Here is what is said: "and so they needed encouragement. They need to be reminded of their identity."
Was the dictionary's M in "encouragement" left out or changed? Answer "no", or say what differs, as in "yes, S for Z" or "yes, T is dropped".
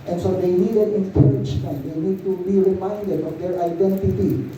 yes, M is dropped